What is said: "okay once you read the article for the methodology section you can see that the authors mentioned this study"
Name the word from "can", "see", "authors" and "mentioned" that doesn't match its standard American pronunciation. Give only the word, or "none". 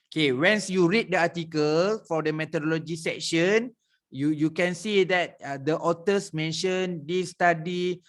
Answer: authors